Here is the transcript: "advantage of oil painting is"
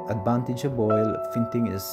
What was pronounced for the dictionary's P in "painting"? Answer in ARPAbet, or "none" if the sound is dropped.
F